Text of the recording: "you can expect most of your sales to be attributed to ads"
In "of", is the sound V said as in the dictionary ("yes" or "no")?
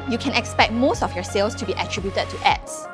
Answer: no